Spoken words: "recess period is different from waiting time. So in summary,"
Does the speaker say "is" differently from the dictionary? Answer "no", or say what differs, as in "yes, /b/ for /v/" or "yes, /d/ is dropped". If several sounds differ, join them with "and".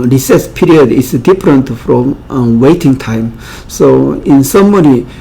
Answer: yes, /s/ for /z/